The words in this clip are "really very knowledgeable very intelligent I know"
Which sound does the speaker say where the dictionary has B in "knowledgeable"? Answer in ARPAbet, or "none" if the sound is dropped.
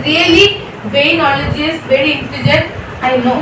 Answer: none